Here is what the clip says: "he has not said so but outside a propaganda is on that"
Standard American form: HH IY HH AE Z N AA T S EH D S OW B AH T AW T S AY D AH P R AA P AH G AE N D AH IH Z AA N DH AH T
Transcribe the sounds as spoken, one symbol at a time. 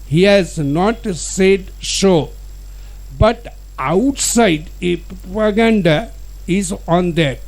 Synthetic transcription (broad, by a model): HH IY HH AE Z N AA T S EH D SH OW B AH T AW T S AY D AH P R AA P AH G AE N D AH IH Z AA N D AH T